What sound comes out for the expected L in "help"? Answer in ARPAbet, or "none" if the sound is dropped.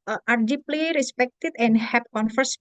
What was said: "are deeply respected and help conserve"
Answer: none